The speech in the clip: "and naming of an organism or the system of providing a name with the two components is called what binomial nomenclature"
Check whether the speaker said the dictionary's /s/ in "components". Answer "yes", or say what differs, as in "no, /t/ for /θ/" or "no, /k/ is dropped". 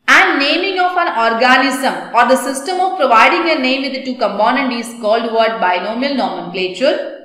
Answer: no, /s/ is dropped